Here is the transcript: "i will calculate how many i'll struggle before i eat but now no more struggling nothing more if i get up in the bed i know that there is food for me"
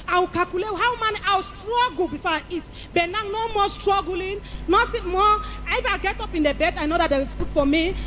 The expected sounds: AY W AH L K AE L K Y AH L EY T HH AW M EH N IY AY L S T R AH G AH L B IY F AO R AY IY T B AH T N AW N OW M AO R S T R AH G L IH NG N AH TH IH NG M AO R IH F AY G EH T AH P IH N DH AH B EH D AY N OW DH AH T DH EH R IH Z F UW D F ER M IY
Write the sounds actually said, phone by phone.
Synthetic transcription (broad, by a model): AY W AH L K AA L K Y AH L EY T HH AW M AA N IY AY W S T R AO G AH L B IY F AO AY IY T B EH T N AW N OW M AO S T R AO G L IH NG N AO T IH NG M AO IH F AY G EH T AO P IH N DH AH B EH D AY N OW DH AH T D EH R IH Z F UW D F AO M IY